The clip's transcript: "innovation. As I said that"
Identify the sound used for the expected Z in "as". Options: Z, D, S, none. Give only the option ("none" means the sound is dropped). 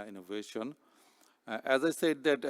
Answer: Z